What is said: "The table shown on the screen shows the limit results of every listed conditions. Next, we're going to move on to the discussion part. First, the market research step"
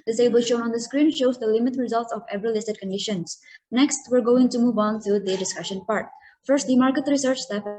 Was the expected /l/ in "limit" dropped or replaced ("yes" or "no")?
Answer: no